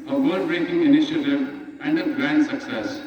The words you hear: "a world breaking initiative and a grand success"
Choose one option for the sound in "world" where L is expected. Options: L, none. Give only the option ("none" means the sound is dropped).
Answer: none